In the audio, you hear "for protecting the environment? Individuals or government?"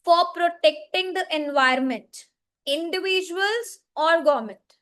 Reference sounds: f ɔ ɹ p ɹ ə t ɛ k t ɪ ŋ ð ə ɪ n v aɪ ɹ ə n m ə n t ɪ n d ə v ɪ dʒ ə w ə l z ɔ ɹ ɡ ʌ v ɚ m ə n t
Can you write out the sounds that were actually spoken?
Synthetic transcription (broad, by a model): f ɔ ɹ p ɹ ə t ɛ k t ɪ ŋ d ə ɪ n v aɪ ə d m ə n t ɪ n d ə v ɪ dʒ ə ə l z ɔ ɹ ɡ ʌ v m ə n t